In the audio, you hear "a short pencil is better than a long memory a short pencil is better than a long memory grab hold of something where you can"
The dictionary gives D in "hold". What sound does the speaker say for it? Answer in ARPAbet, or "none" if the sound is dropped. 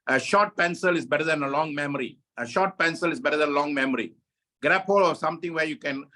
none